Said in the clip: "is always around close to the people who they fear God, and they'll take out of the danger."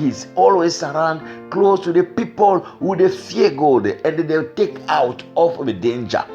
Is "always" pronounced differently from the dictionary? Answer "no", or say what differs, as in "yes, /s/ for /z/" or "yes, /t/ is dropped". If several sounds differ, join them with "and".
yes, /s/ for /z/